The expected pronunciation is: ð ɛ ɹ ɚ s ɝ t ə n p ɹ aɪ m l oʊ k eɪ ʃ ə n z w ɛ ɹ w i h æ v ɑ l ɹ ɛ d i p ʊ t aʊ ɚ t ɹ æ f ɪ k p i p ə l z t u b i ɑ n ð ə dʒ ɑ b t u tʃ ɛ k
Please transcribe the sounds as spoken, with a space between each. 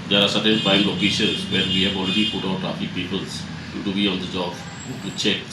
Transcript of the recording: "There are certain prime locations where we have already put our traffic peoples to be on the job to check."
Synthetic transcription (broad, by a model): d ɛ ɹ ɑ s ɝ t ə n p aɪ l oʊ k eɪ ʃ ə z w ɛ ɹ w i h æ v ɑ l ɹ ɛ d i p ʊ t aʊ t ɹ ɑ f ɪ k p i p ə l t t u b i ɑ n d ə dʒ ɑ b t u tʃ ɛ k